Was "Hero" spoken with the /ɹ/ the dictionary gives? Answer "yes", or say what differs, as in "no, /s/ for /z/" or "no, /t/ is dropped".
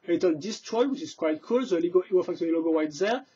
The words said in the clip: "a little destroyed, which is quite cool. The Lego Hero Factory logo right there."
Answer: no, /w/ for /ɹ/